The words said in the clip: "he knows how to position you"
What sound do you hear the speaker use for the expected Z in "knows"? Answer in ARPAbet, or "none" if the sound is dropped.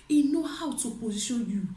none